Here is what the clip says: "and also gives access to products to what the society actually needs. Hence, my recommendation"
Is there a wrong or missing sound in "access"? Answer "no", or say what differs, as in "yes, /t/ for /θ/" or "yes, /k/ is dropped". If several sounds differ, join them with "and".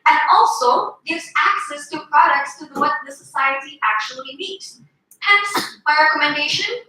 no